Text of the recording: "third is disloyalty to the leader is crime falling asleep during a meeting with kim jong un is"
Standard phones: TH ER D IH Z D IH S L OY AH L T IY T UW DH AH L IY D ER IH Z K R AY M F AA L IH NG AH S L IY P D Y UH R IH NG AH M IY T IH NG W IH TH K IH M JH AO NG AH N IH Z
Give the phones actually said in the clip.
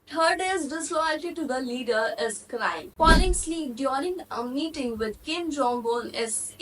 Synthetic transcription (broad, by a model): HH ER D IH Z D IH S L OY AH L T IY T UW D AH L IY D ER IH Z K R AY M P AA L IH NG S L IY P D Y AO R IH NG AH M IY T IH NG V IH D K IH M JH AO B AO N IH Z